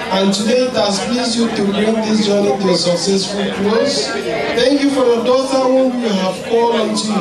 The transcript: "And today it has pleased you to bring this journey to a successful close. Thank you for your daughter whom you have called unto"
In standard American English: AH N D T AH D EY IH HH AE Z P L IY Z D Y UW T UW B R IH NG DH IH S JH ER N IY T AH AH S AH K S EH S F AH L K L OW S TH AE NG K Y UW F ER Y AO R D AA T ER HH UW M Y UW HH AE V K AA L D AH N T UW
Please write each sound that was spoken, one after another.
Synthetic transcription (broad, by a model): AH N T AH D EY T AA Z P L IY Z Y UW T UW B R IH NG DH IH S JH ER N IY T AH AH S AH K S EH S F AH L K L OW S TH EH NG K Y UW F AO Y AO D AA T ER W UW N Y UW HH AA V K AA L AH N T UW